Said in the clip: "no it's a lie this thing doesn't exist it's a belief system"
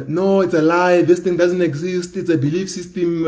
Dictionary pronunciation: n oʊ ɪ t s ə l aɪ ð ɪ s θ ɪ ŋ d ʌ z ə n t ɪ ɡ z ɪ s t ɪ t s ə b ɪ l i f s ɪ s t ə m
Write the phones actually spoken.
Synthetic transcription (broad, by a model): n oʊ ɪ t s ə l aɪ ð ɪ s t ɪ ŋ d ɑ z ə n t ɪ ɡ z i s t ɪ t s ə b ɪ l i f s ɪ s t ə m